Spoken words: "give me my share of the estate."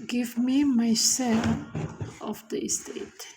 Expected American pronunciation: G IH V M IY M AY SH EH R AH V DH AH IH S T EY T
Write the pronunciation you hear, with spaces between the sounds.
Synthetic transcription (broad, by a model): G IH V M IY M AY S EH L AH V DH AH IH S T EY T